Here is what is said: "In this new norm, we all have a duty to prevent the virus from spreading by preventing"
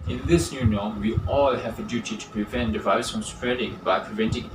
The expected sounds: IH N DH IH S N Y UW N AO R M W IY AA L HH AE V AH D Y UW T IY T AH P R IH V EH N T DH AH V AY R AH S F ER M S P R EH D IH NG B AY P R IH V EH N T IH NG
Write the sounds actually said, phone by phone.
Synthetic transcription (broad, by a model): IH N DH IH S N Y UW N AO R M W IY AA L HH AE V AH D Y UW T IY T AH P R IH V EH N T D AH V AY AH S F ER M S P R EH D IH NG B AY P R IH V EH N T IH NG